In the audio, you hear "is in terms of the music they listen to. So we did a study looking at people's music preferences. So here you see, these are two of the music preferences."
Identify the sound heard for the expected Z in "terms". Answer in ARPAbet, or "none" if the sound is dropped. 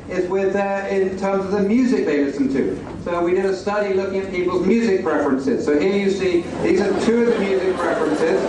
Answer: Z